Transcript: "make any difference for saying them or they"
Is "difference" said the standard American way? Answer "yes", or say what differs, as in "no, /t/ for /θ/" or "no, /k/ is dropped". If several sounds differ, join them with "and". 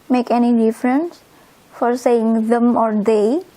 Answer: yes